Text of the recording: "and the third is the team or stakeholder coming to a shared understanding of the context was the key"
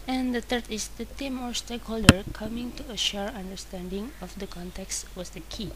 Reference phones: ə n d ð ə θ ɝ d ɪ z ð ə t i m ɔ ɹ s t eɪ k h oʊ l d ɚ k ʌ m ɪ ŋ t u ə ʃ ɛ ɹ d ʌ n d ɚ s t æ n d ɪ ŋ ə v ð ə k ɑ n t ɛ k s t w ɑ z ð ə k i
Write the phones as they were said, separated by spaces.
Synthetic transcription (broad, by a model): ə n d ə t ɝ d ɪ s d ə t i m ɔ ɹ s t eɪ k h oʊ l d ɚ k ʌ m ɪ ŋ t u ə ʃ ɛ ɹ ʌ n d ɚ s t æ n d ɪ ŋ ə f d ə k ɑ n t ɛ k s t w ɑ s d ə k i